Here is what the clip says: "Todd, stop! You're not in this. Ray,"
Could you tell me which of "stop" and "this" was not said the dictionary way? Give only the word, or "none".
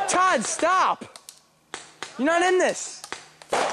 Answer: none